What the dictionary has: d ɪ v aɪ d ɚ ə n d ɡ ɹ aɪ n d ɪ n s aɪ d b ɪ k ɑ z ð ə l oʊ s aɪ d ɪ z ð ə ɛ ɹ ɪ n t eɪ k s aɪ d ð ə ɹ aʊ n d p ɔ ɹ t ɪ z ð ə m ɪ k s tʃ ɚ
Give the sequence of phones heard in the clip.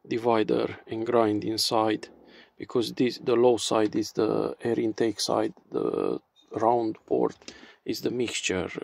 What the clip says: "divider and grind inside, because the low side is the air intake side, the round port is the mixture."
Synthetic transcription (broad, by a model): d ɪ v aɪ d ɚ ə n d ɡ ɹ aɪ n d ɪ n s aɪ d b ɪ k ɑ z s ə l oʊ s aɪ d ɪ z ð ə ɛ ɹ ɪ n t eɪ k s aɪ d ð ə ɹ aʊ n d p ɔ ɹ t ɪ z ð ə m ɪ k s tʃ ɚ